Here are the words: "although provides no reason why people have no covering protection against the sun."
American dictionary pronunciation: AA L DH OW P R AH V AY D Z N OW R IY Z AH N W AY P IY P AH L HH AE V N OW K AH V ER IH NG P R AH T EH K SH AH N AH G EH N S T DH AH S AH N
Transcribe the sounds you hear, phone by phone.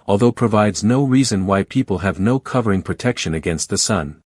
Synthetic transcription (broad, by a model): AA L DH OW P R AH V AY D Z N OW R IY Z AH N W AY P IY P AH L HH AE V N OW K AH V ER IH NG P R AH T EH K SH AH N AH G EH N S T DH AH S AH N